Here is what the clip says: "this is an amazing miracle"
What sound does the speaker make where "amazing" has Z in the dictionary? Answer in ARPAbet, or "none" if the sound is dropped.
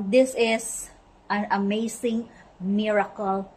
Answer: S